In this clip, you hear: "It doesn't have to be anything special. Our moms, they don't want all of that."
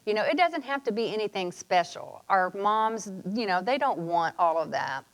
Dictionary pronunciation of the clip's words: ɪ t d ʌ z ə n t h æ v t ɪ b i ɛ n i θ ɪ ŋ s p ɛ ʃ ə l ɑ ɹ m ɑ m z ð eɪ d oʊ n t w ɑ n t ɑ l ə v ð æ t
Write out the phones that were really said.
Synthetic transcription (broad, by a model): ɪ t d ʌ z ə n t h æ f t ɪ b i ɛ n i θ ɪ ŋ s p ɛ ʃ l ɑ ɹ m ɑ m z ð eɪ d oʊ n t w ɑ n t ɑ l ə v ð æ t